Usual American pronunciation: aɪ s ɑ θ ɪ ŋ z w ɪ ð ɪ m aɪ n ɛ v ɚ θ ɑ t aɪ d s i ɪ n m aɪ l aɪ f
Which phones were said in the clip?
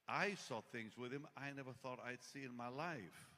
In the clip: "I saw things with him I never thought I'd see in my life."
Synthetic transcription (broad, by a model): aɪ s ɑ θ ɪ ŋ z w ɪ ð ɪ m aɪ n ɛ v ɚ θ ɑ t aɪ d s i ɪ n m aɪ l aɪ f